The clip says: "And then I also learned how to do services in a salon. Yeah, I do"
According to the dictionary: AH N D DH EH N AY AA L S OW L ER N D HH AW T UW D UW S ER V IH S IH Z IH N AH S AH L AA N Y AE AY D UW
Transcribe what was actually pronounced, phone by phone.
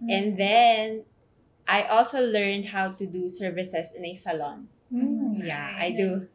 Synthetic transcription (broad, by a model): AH N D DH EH N AY AA L S OW L ER N D HH AW T UW D UW S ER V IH S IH S IH N AH S AH L AA N Y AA AY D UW